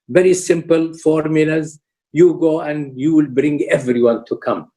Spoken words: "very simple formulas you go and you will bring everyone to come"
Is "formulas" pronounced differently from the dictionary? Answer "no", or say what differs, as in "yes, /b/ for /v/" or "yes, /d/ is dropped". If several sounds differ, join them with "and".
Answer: no